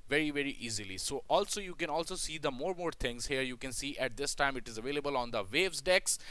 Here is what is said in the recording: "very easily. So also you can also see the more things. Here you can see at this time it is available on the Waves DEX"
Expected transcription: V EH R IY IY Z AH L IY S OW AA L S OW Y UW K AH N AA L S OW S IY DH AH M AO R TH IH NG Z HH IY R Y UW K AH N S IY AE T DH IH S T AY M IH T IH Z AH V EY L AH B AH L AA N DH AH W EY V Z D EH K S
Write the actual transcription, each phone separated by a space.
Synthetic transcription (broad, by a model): V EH R IY IY Z AH L IY S OW AA L S OW Y UW K AH N AA L S OW S IY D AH M AO R T IH NG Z HH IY R Y UW K AH N S IY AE T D IH S T AY M IH T IH Z AH V EY L AH B AH L AA N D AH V EY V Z D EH K S